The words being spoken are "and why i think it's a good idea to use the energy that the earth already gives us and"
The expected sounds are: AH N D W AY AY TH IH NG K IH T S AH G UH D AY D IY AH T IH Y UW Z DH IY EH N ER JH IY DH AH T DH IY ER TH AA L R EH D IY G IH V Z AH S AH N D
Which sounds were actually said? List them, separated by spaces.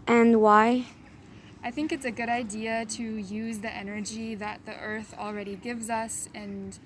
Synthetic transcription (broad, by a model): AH N W AY AY TH IH NG K IH T S AH G UH D AY D IY AH T IH Y UW Z DH IY EH N ER JH IY DH AH T DH IY ER TH L R EH D IY G IH V Z AH S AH N